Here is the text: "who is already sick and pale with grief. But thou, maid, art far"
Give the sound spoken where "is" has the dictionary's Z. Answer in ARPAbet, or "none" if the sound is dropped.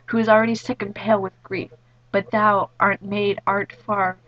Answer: Z